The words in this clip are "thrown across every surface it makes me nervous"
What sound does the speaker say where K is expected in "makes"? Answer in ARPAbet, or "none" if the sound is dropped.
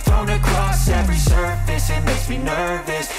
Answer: none